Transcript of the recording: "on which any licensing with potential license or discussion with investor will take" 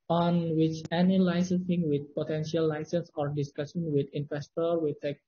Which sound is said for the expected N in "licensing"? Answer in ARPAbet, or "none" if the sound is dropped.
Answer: none